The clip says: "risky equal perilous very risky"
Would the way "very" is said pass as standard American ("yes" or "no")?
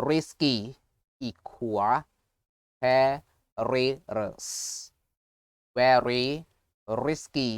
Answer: no